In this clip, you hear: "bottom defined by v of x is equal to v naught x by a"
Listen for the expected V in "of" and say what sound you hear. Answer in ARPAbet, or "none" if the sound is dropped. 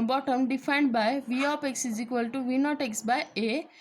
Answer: P